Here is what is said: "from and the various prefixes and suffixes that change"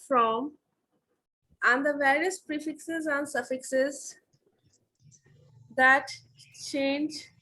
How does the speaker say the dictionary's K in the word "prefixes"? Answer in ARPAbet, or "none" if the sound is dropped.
K